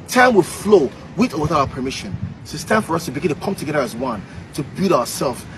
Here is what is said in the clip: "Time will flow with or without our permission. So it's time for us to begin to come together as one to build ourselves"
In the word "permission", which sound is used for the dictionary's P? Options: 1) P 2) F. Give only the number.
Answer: 1